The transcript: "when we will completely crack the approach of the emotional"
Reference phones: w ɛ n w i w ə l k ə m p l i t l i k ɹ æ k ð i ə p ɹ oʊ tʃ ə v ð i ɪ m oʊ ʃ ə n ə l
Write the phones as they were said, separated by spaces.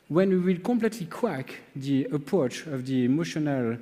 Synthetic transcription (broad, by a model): w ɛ n w i w ə l k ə m p l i t l i k w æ k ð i ə p ɹ oʊ tʃ ə v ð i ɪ m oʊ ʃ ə n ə l